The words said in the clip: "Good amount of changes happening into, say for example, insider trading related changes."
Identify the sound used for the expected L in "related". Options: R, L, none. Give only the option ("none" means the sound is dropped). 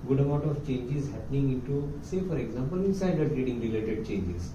L